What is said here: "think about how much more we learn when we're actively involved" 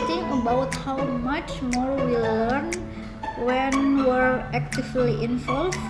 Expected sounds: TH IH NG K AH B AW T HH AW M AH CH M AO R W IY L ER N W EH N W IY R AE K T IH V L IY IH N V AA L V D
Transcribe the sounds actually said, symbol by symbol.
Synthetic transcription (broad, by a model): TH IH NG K AH B AW T HH AW M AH CH M AO R W IY L ER N W EH N W IY R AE K T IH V L IY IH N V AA L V